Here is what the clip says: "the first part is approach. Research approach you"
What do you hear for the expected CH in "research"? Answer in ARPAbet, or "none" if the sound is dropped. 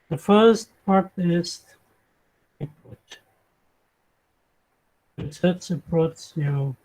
S